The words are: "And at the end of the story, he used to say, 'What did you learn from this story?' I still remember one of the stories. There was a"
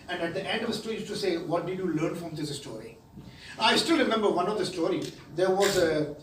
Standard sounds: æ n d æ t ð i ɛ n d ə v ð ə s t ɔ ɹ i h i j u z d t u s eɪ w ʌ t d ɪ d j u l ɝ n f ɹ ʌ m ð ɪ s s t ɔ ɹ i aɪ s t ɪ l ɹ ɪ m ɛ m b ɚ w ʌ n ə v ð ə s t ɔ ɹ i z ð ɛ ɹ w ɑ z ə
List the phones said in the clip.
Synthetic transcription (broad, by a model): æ n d æ t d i ɛ n d ə v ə s t ɔ ɹ i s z t u s eɪ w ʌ t d ɪ d j u l ɝ n f ɹ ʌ m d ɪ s s t ɔ ɹ i aɪ s t ɪ l ɹ ɪ m ɛ m b ɚ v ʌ n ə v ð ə s t ɔ ɹ i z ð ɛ ɹ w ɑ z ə